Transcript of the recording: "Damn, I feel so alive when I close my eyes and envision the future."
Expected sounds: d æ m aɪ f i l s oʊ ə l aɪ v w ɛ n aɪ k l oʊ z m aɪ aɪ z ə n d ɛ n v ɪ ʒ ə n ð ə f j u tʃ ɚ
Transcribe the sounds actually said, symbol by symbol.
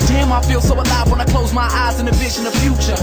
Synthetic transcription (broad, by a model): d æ m aɪ f i l s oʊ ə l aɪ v w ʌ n aɪ k l oʊ z m aɪ aɪ z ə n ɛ v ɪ ʃ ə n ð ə f j u tʃ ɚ